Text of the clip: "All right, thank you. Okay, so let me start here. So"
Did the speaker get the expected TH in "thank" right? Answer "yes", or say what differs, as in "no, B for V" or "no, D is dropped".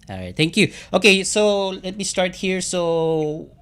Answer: no, T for TH